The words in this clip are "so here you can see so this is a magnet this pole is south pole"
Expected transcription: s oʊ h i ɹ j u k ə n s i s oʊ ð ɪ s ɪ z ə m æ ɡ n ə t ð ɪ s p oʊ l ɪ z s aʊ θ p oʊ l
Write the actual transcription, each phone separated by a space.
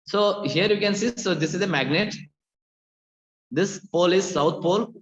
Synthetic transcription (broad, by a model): s oʊ h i ɹ j u k ə n s i s oʊ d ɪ s ɪ z ə m æ ɡ n ə t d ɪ s p oʊ l ɪ z s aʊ t p oʊ l